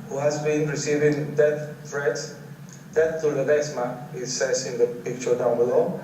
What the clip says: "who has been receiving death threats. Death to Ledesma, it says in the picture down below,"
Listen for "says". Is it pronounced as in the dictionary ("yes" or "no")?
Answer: no